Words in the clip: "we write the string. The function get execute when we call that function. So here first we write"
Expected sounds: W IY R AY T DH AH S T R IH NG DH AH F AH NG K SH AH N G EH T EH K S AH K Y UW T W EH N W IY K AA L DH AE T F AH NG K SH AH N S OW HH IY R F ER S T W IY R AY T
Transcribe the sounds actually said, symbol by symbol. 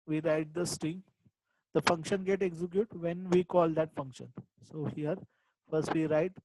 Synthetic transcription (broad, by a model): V IY R AY T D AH S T IH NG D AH F AH NG K SH AH N G EH T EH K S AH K Y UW T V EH N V IY K AA L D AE T F AH NG K SH AH N S OW HH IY R F ER S T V IY R AY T